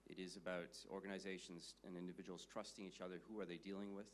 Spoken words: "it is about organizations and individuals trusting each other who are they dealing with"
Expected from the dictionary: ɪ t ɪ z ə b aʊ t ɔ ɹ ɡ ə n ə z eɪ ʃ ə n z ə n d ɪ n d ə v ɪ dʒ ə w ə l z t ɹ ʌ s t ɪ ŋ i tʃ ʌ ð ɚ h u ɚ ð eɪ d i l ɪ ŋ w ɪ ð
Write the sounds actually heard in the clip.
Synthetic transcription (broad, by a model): ɪ t ɪ z ə b aʊ t ɔ ɹ ɡ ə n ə z eɪ ʃ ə n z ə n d ɪ n d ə v ɪ dʒ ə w l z t ɹ ʌ s t ɪ ŋ i tʃ ʌ ð ɚ h u ɚ ð eɪ d i l ɪ ŋ w ɪ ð